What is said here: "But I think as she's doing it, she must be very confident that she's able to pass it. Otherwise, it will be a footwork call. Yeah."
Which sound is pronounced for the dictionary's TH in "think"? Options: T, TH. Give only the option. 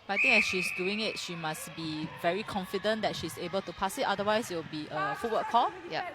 T